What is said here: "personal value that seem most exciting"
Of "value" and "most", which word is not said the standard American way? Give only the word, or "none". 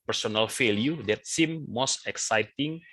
value